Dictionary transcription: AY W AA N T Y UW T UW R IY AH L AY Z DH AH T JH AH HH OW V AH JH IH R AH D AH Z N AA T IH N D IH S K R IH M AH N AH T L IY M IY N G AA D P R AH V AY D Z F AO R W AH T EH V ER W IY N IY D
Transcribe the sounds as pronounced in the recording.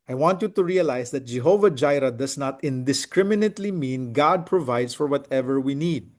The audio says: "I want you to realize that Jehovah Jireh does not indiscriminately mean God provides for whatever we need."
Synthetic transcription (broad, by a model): AY W AA N T Y UW T UW R IY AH L AY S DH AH T JH AH HH OW V AH JH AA R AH D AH S N AA T IH N D IH S K R IH M AH N AH T L IY M IY N G AA D P R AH V AY D S F AO R W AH T EH V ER W IY N IY D